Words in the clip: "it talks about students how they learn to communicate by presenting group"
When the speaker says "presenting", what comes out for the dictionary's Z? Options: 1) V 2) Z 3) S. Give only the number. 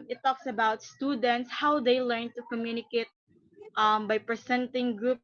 3